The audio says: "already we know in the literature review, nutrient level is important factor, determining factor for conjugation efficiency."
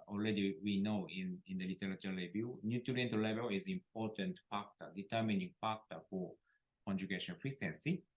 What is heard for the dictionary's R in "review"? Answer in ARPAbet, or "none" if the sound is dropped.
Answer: L